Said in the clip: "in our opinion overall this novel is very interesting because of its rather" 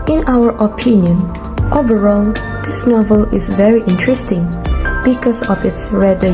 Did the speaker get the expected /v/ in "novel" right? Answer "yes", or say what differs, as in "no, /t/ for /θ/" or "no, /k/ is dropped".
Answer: yes